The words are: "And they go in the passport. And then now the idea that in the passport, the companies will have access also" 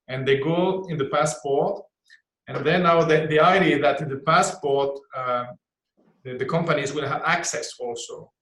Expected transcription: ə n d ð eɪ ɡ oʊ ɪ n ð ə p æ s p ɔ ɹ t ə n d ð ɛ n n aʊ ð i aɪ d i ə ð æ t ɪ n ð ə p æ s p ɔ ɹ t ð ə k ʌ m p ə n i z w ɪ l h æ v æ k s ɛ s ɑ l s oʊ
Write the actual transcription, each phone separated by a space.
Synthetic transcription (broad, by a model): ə n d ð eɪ ɡ oʊ ɪ n ð ə p æ s p ɔ ɹ t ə n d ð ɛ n n aʊ ð i aɪ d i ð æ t ɪ n ð ə p æ s p ɔ ɹ t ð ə k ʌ m p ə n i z w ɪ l h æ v æ k s ɛ s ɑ l s oʊ